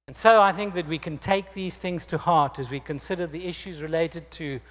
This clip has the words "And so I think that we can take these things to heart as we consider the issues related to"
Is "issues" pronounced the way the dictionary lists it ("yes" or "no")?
yes